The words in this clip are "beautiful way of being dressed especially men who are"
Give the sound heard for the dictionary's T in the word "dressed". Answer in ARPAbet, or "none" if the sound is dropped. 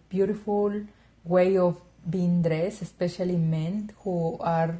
none